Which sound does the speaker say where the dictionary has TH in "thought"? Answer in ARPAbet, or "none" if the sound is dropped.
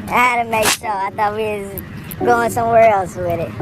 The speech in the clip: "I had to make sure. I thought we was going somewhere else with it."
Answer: TH